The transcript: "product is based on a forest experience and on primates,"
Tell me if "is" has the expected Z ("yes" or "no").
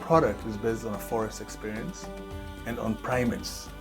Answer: yes